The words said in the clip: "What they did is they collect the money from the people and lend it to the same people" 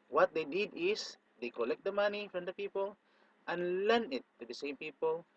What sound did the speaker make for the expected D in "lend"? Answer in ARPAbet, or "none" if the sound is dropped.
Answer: none